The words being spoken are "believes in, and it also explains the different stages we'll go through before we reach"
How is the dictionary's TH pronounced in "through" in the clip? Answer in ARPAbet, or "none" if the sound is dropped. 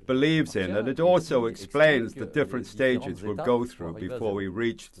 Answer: TH